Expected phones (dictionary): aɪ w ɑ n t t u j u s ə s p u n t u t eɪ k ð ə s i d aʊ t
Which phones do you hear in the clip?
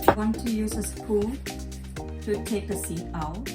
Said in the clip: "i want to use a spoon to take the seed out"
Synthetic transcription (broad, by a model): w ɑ n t t u j u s ə s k u l t u t eɪ k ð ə s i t aʊ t